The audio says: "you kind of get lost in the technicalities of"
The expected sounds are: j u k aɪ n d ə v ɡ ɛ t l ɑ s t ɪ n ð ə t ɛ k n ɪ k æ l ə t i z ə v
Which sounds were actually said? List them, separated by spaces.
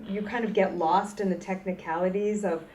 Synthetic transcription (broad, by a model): j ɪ k aɪ n d ə v ɡ ɛ t l ɑ s t ɪ n ð ə t ɛ k n ɪ k æ l ə t i z ə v